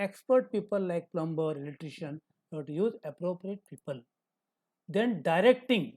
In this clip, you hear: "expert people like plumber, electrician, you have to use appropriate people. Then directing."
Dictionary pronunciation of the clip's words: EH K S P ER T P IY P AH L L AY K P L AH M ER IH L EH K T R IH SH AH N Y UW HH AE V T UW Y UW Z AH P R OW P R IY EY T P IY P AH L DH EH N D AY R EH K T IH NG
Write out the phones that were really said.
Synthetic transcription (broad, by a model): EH K S P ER T P IY P AH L L AY K P L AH M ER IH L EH T R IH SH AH N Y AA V T UW Y UW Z AH P R OW P R IY EY T P IY P AH L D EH N D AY R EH K T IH NG